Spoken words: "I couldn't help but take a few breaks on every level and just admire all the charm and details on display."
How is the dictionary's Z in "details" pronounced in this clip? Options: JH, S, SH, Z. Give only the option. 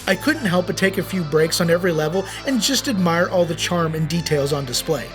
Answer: Z